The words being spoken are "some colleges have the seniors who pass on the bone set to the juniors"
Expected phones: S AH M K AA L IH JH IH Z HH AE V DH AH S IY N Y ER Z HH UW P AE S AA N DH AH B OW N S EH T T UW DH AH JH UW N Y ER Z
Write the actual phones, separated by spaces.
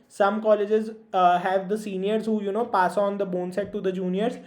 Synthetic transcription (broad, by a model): S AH M K AA L IH JH IH Z HH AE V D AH S IY N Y ER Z HH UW P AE S AA N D AH B OW N S EH T T UW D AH JH UW N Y ER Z